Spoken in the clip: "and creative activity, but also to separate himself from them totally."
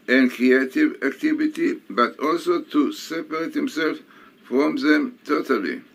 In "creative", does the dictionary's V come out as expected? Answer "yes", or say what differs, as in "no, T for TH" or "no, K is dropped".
yes